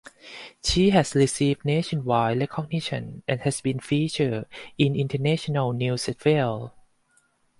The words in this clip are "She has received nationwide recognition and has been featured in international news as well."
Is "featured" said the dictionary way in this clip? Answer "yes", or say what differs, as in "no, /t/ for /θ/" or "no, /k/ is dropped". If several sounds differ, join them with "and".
no, /d/ is dropped